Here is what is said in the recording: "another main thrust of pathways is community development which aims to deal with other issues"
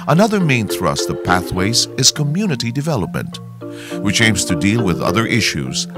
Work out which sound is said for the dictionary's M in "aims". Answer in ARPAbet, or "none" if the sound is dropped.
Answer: M